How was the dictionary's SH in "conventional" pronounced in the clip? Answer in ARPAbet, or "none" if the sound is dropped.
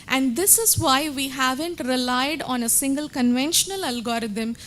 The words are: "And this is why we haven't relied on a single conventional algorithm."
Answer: SH